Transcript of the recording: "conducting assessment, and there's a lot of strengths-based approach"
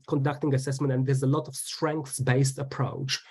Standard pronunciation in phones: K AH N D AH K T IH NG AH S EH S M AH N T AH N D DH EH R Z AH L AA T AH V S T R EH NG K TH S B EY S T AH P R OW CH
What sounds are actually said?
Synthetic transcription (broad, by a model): K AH N D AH K T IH NG AH S EH S M AH N T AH N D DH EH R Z AH L AA T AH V S T R EH NG K TH S B EY S T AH P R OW CH